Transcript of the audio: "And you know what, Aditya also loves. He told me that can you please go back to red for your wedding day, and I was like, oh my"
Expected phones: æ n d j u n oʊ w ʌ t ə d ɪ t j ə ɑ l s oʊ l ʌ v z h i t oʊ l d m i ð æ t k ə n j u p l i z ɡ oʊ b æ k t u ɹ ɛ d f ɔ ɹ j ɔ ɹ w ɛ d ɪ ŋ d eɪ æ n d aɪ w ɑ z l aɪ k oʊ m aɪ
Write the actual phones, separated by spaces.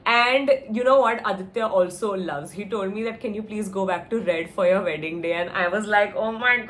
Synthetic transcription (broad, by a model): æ n d j u n oʊ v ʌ t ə d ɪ t j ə ɑ l s oʊ l ʌ v z h i t oʊ l d m i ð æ t k ə n j u p l i z ɡ oʊ b æ k t u ɹ ɛ d f ɔ ɹ j ɔ ɹ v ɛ d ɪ ŋ d eɪ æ n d aɪ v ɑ z l aɪ k oʊ m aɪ